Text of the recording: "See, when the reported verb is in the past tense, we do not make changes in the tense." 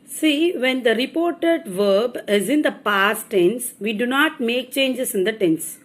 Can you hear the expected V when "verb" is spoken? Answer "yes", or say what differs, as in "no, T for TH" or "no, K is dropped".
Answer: yes